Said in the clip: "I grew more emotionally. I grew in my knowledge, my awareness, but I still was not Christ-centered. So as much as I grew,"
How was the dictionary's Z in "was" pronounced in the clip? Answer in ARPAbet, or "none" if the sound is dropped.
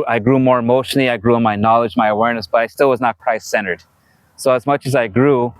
Z